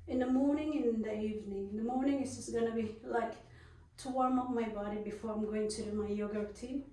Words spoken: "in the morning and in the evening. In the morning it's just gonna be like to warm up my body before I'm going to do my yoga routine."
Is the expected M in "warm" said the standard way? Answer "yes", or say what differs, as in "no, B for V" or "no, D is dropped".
yes